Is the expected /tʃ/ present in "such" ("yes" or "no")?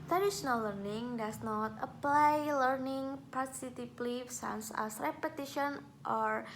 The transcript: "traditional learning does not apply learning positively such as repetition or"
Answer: no